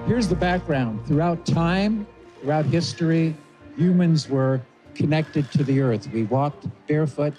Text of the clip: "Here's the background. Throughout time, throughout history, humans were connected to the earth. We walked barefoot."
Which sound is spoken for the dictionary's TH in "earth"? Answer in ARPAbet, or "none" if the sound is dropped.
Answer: TH